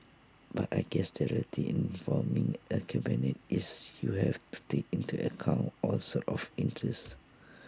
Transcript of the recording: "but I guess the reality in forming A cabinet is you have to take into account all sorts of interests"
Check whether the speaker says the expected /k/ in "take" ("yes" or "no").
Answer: yes